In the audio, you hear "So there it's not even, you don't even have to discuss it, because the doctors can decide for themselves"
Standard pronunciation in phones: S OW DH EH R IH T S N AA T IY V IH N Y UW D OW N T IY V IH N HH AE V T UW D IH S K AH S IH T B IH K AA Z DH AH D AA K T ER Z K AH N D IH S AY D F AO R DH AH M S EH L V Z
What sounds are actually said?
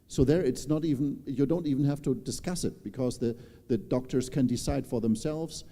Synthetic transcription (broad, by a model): S OW DH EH R IH T S N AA T IY V N Y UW D OW N T IY V N HH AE F T UW D IH S K AH S IH T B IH K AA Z DH AH D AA K T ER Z K AH N D IH S AY D F AO R DH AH M S EH L V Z